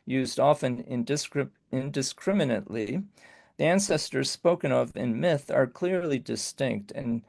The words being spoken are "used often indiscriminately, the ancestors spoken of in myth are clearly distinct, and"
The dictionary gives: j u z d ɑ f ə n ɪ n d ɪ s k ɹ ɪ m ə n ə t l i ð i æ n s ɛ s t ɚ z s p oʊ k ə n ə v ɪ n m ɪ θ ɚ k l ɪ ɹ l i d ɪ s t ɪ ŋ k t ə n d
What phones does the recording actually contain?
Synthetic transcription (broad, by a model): j u z d ɑ f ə n ɪ n d ɪ s k ɹ ɪ m ə n ə t l i ð i æ n s ɛ s t ɚ z s p oʊ k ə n ə v ɪ n m ɪ θ ɚ k l ɪ ɹ l i d ɪ s t ɪ ŋ k t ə n